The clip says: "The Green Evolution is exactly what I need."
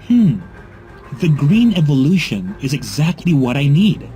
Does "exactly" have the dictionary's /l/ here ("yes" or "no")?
yes